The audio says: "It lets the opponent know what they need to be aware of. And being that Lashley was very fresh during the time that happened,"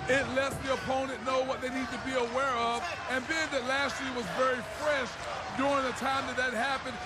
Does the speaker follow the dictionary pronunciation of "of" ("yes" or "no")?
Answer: yes